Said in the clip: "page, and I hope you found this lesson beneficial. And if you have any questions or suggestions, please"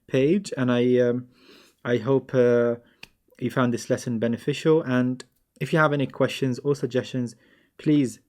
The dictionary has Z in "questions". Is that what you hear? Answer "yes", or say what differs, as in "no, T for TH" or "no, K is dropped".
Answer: yes